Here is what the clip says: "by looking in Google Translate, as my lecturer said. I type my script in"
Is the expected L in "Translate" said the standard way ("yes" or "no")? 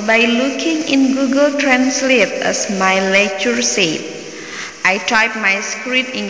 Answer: yes